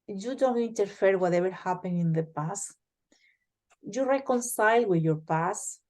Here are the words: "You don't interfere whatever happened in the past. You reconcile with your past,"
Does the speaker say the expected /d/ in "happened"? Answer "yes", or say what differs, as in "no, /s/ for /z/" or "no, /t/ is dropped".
no, /d/ is dropped